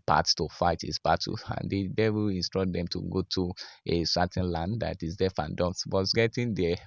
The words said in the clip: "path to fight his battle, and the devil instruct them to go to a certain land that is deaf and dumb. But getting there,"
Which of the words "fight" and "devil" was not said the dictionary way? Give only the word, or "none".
devil